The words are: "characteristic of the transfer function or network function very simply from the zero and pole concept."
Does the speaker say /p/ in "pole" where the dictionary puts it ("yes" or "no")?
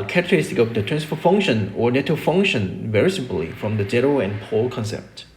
yes